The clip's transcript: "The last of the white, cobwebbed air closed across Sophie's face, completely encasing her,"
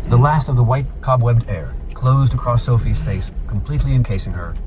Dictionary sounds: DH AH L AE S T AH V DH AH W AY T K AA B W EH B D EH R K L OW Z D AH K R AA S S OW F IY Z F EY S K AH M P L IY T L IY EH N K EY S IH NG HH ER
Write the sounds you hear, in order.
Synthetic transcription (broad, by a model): DH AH L AE S T AH V DH AH W AY T K AA B W EH B D EH R K L OW Z D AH K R AA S S OW F IY Z F EY S K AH M P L IY T L IY EH N K EY S IH NG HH ER